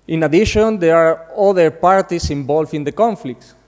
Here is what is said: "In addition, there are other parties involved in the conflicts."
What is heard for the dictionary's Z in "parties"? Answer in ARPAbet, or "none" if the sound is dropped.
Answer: S